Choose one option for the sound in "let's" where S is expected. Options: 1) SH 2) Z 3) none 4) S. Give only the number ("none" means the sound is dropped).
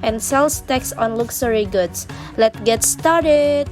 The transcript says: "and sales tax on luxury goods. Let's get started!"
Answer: 3